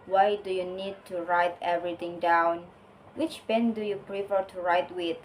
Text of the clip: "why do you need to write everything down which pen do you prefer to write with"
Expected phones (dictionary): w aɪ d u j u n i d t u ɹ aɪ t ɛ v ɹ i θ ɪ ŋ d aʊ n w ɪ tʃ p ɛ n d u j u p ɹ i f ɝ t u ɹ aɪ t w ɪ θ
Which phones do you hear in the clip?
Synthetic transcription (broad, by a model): w aɪ d u j u n i d t u ɹ aɪ t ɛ v ɹ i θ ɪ ŋ d aʊ n w ɪ tʃ b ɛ n d u j u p ɹ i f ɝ t u ɹ aɪ t w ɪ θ